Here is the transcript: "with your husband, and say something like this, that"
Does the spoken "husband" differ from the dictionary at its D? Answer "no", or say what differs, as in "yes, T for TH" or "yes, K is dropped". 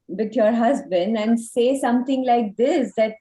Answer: no